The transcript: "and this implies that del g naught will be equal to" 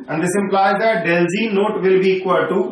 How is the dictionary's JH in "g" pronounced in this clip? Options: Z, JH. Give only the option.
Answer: Z